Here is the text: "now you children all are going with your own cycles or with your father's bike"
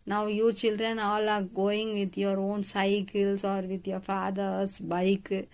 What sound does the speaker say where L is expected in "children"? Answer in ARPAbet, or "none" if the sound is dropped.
L